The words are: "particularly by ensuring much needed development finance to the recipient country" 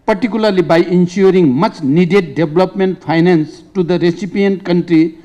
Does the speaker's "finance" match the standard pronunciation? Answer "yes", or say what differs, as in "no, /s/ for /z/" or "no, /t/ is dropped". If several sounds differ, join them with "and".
no, /p/ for /f/